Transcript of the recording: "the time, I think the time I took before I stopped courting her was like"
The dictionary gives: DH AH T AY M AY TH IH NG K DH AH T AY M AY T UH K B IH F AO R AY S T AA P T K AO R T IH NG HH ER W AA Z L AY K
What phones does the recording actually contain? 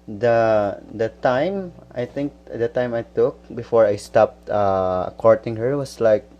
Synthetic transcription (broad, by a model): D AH T AY M AY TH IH NG K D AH T AY M AY T UH K B IH F AO R AY S T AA P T K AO R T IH NG HH ER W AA S L AY K